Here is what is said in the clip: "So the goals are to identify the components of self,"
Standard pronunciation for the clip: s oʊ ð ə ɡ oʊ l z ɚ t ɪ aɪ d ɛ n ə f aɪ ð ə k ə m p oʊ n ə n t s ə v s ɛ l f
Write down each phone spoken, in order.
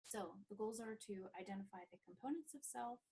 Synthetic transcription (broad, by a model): s oʊ ð ə ɡ oʊ l z ɚ t ɪ aɪ d ɛ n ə f aɪ ð ə k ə m p oʊ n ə n t s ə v s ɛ l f